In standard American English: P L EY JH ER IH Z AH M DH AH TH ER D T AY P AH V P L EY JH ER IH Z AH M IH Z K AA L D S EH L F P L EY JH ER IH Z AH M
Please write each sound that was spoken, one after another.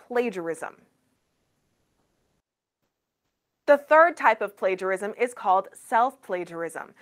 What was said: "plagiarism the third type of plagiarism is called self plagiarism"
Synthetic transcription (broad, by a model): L EY JH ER IH Z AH M DH AH TH ER D T AY P AH V P L EY JH ER IH Z AH M IH Z K AA L D S EH L F P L EY JH ER IH Z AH M